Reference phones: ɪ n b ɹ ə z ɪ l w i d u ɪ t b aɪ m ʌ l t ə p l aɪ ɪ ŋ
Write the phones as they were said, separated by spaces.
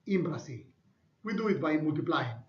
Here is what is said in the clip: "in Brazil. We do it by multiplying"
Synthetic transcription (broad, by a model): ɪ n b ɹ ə s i w i d u ɪ t b aɪ m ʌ l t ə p l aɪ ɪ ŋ